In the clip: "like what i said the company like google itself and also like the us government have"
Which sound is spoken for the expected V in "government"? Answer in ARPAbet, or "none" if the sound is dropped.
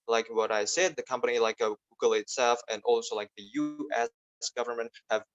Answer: V